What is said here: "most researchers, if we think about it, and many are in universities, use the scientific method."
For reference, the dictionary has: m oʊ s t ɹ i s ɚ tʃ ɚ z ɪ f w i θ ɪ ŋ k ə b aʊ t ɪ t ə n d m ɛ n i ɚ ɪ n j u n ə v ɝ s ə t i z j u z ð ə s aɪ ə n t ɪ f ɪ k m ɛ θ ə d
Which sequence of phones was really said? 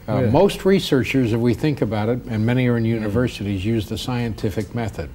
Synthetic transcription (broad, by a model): m oʊ s t ɹ i s ɚ tʃ ɚ z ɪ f w i θ ɪ ŋ k ə b aʊ t ɪ t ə n m ɛ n i ɚ ɪ n j u n ə v ɝ s ə t i z j u z ð ə s aɪ ə n t ɪ f ɪ k m ɛ θ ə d